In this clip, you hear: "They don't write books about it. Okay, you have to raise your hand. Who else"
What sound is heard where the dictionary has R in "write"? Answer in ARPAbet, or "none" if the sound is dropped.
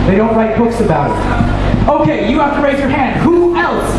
L